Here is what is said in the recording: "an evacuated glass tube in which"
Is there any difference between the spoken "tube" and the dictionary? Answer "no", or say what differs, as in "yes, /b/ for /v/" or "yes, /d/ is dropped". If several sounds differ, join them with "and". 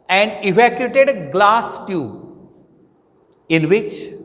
yes, /b/ is dropped